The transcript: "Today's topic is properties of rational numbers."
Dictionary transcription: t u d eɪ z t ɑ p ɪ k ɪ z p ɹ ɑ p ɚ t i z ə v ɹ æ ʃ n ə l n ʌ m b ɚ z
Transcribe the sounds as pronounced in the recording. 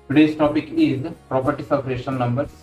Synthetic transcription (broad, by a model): t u d eɪ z t ɑ p ɪ k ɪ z p ɹ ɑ p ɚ t i s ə p ɹ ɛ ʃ ə n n ʌ m b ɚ